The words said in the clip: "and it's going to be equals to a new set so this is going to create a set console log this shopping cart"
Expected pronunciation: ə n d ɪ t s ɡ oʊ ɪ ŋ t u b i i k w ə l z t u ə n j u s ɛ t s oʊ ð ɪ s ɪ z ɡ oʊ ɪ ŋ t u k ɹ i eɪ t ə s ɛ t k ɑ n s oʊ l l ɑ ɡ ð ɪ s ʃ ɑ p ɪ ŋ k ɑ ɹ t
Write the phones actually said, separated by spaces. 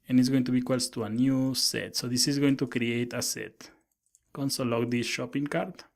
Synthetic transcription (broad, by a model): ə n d ɪ t s ɡ oʊ ɪ ŋ t u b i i k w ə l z t u ə n j u s ɛ t s oʊ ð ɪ s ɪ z ɡ oʊ ɪ ŋ t u k ɹ i eɪ t ə s ɛ t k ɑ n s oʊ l l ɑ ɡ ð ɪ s ʃ ɑ p ɪ ŋ k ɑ ɹ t